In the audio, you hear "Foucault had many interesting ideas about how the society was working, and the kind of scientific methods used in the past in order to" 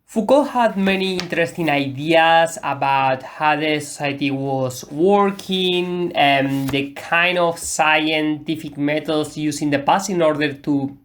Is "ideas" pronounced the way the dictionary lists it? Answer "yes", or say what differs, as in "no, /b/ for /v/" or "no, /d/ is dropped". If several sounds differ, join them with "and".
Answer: no, /s/ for /z/